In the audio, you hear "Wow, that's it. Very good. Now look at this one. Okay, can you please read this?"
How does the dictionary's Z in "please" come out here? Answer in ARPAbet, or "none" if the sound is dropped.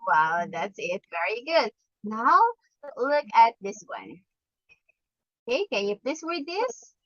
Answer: none